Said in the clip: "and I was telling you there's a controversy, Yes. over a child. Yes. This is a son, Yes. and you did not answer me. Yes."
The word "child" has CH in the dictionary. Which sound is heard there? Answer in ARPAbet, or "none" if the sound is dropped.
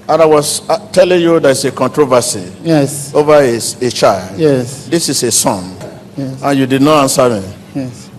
CH